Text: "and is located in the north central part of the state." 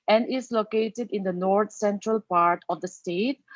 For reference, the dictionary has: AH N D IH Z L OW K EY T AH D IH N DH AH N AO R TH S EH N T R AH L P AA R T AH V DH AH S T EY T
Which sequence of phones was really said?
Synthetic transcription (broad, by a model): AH N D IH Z L OW K EY T AH D IH N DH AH N AO R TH S EH N T R AH L P AA R T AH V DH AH S T EY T